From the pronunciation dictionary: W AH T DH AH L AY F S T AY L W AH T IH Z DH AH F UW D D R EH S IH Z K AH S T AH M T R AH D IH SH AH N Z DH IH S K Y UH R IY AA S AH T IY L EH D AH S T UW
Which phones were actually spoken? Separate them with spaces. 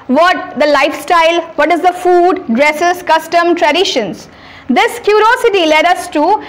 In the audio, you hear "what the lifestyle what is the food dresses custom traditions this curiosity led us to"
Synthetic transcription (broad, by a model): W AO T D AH L AY F S T AY L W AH T IH Z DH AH F UW D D R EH S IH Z K AH S T AH M T R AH D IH SH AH N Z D IH S K Y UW R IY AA S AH T IY L EH D AH S T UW